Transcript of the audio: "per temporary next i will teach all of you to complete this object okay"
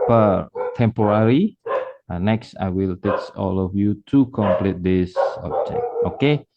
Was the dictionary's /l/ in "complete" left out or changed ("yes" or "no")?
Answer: no